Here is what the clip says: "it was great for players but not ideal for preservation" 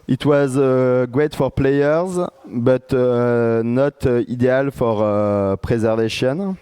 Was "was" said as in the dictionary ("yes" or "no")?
yes